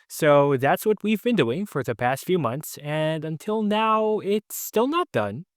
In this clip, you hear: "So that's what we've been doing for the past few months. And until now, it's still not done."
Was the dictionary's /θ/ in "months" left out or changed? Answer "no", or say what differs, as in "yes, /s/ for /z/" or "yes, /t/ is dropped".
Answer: no